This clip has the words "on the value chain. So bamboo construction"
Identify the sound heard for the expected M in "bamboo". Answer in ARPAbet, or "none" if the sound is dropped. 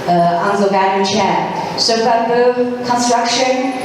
none